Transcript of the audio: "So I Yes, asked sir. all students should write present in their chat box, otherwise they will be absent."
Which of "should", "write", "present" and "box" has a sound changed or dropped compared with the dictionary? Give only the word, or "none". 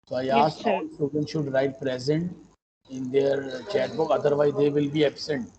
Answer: box